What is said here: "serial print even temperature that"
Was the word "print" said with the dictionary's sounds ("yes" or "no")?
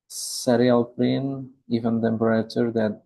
no